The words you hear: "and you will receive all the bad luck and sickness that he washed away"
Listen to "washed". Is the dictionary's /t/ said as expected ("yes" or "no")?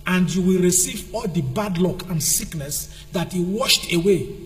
yes